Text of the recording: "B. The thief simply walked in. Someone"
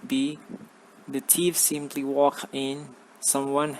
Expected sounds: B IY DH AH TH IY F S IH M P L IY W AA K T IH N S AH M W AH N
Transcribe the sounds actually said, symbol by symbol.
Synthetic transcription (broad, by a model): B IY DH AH T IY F S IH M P L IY W AA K IH N S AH M W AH N